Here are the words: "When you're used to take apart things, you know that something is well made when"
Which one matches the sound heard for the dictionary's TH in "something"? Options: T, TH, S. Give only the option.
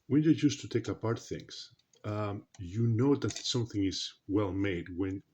TH